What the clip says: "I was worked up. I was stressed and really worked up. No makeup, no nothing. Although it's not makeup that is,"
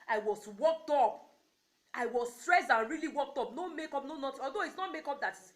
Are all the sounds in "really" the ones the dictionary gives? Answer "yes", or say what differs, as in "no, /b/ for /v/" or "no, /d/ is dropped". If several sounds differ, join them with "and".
yes